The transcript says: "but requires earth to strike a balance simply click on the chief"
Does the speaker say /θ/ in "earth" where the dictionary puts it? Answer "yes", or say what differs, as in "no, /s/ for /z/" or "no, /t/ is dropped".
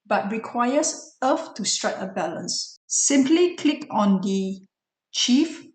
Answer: no, /f/ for /θ/